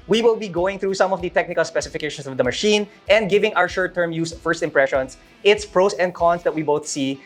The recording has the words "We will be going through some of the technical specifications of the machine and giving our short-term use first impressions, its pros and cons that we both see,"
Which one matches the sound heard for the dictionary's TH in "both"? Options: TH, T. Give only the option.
TH